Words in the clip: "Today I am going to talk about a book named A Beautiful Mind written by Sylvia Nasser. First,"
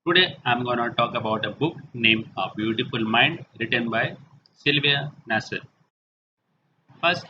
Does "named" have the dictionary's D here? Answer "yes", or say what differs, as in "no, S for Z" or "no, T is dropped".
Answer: no, D is dropped